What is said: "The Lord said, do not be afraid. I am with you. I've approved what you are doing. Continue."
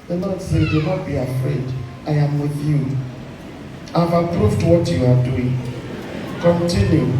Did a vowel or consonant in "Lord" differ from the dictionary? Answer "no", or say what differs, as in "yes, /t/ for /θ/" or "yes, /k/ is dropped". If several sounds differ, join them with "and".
yes, /n/ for /l/